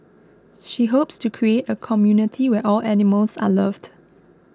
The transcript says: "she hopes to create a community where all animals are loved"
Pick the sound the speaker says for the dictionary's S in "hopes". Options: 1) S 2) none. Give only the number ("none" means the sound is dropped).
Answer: 1